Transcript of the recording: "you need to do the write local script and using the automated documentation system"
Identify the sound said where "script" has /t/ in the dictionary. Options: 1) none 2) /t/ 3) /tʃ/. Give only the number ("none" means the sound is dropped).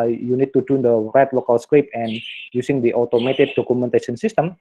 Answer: 1